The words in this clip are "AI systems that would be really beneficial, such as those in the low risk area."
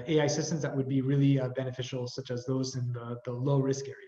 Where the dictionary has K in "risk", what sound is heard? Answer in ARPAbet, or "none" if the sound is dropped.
K